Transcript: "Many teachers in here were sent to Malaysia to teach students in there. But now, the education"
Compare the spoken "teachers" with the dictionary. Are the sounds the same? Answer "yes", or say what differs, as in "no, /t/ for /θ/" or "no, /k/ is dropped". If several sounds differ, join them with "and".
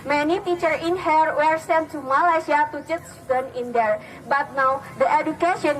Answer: no, /z/ is dropped